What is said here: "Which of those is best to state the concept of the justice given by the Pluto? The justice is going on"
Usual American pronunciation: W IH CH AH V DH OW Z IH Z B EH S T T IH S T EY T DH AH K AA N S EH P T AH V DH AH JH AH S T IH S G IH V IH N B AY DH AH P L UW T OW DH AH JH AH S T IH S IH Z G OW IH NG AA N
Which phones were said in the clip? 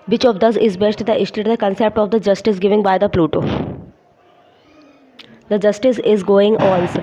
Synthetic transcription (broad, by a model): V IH CH AH V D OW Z IH Z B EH S T T IH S T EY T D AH K AA N S EH P T AH V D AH JH AH S T IH S G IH V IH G B AY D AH P L UW T OW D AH JH AH S T IH S IH Z G OW IH NG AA N